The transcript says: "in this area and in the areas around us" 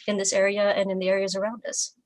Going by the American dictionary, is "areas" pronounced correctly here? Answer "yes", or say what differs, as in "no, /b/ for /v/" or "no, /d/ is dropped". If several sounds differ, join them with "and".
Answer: yes